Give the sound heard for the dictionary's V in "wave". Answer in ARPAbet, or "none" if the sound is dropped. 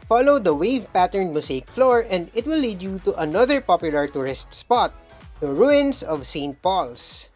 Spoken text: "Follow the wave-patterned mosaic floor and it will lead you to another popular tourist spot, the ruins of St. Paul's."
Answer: V